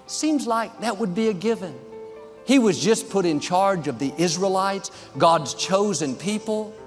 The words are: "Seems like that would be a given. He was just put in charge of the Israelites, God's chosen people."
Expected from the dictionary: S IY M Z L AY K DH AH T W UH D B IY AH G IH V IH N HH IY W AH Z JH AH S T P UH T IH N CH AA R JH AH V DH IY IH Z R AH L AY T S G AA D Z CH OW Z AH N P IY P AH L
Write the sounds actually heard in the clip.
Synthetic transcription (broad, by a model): S IY M Z L AY K DH AH T W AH D B IY AH G IH V IH N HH IY W AH Z JH AH S P UH T IH N CH AA R JH AH V DH IY IH Z R AH L AY T S G AA D Z CH OW Z AH N P IY P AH L